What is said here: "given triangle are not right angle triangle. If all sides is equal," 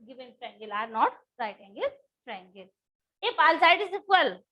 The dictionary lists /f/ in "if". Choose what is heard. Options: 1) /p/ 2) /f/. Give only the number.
1